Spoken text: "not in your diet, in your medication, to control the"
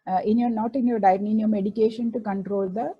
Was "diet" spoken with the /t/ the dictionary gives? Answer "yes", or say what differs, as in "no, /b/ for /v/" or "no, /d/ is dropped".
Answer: no, /t/ is dropped